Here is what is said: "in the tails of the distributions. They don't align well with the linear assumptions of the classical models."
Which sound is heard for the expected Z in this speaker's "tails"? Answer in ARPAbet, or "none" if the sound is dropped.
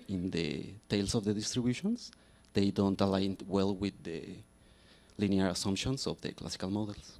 S